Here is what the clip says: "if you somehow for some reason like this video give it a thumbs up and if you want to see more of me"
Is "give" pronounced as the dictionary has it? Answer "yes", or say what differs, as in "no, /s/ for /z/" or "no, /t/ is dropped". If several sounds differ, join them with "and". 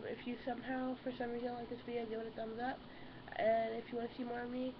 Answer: no, /w/ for /v/